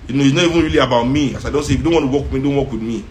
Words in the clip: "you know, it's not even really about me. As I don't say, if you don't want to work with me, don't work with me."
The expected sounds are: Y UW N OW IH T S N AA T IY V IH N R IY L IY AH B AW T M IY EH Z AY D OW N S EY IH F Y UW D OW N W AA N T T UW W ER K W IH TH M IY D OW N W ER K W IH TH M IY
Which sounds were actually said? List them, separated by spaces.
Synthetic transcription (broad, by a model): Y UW N OW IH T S N AA T IY V IH N R IY L IY AH B AW T M IY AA S AY D OW N S EY IH F Y UW D OW N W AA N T T UW W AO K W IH M IY D OW N W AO K W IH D M IY